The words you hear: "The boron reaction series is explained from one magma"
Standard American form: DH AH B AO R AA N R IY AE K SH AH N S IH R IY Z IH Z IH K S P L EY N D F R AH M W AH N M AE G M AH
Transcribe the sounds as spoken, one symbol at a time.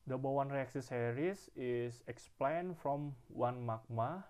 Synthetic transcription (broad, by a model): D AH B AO W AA N R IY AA K S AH S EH R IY S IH S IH K S P L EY N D F R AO M W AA N M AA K M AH